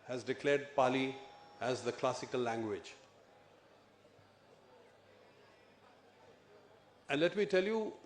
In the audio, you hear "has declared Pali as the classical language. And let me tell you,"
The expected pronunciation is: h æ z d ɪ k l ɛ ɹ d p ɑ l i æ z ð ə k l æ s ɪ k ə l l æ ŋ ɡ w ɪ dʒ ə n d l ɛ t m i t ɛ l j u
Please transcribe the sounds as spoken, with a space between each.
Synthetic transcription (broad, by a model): h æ z d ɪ k l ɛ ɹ d p ɑ l i æ z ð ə k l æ s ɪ k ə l l æ ŋ ɡ w ɪ dʒ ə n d l ɛ t m i t ɛ l j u